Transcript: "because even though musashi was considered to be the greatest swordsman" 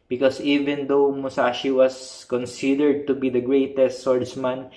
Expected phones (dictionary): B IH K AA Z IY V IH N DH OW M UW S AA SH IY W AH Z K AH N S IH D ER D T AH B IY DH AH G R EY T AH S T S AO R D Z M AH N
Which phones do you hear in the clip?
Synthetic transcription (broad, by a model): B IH K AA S IY V IH N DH OW M UW S AA SH IY W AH S K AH N S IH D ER D T AH B IY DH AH G R EY T AH S T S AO R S M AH N